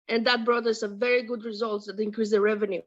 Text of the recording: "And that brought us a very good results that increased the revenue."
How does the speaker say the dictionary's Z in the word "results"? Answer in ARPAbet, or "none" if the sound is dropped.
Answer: Z